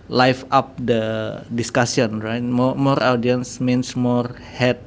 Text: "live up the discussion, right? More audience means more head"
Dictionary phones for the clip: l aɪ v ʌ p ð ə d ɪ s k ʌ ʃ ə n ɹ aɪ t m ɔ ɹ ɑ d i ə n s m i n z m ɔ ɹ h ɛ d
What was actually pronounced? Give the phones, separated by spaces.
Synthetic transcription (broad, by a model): l aɪ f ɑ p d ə d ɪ s k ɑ s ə n ɹ aɪ t m ɔ ɹ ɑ d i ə n s m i n s m ɔ ɹ h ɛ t